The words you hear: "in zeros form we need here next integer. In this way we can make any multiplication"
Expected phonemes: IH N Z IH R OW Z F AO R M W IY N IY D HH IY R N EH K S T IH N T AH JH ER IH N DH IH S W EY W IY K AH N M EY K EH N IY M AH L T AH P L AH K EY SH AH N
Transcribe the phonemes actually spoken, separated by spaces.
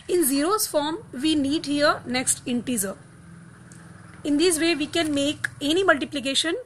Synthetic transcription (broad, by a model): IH N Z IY R OW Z F AO R M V IY N IY D HH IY R N EH K S T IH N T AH Z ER IH N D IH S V EY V IY K AH N M EY K EH N IY M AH L T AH P L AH K EY SH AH N